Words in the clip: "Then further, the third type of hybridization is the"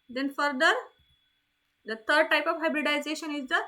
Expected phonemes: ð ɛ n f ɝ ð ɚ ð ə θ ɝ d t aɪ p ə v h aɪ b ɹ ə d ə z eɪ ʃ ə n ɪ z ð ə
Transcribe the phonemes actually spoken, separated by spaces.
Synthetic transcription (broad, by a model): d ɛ n f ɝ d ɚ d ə t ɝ d t aɪ p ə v h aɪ b ɹ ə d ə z eɪ ʃ ə n ɪ z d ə